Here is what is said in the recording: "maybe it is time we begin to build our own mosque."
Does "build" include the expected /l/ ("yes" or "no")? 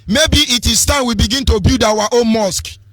no